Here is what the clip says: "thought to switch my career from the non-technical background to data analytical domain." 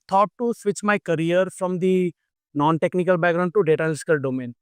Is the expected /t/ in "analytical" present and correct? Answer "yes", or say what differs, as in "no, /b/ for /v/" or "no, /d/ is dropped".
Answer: no, /s/ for /t/